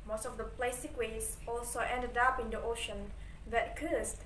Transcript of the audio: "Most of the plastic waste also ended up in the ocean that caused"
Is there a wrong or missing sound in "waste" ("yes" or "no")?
yes